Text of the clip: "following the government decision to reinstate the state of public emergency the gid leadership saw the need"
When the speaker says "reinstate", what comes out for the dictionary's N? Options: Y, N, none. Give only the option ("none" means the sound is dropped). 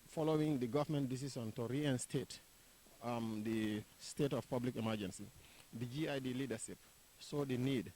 N